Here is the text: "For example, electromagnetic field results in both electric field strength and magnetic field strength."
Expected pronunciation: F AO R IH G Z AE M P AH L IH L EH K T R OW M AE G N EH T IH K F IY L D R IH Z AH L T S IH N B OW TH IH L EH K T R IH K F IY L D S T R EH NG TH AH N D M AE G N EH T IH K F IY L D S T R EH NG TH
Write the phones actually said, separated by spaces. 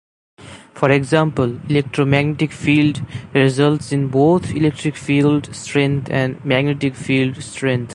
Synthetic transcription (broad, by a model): F AO R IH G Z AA M P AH L IH L EH K T R OW M AE G N EH T IH K F IY L D R IH Z AH L T S IH N B OW T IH L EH K T R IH K F IY L D S T R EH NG T AH N D M AE G N EH T IH K F IY L D S T R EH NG T